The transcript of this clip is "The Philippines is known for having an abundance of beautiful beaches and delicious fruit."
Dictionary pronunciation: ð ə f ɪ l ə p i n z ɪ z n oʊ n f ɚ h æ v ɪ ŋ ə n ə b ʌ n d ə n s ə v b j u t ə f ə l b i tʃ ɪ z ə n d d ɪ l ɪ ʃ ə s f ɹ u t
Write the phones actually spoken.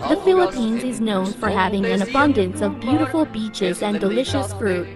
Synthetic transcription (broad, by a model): ð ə f ɪ l ə p i n z ɪ z n oʊ n f ɚ h æ v ɪ ŋ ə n ə b ʌ n d ə n s ə v b j u t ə f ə l b i tʃ ɪ z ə n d d ɪ l ɪ ʃ ə s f ɹ u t